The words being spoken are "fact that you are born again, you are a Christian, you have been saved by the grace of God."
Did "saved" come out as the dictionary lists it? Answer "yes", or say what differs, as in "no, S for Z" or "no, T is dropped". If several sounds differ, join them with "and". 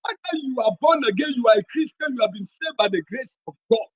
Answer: no, V is dropped